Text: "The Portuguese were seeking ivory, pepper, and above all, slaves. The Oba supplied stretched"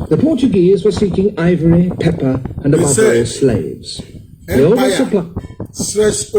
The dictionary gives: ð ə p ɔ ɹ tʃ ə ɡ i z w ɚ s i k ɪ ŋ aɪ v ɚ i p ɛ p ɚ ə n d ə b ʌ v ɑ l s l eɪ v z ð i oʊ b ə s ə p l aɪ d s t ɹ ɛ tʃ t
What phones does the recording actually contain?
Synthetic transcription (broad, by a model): ð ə p ɔ ɹ tʃ ə ɡ i z w ɚ s i k ɪ ŋ aɪ v ɚ i p ɛ p ɚ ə n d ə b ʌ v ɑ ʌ s l eɪ v z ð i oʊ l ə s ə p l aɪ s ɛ